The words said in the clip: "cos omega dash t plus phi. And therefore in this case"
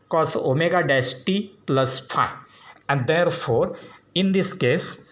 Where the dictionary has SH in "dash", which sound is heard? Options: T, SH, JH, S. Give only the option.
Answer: S